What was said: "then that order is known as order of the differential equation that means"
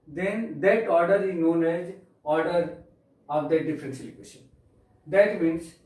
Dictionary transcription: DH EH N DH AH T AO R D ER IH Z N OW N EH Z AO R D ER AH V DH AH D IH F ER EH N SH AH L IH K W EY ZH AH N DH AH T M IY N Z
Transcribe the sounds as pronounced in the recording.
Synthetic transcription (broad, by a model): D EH N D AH T AO R D ER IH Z N OW N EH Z AO R D ER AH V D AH D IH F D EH N S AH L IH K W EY SH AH N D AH T M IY N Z